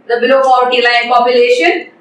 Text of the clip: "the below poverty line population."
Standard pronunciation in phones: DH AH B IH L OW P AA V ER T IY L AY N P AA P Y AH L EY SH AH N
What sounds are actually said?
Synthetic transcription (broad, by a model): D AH B IH L OW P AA UH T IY L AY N P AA P Y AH L EY SH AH N